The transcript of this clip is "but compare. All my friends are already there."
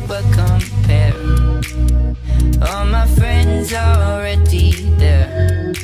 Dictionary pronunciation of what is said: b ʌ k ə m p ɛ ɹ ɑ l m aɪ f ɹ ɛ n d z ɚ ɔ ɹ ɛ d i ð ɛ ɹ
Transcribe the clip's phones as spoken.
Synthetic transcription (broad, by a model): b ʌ k ə m p ɛ ɹ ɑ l m aɪ f ɹ ɛ n d z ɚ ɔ ɹ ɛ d i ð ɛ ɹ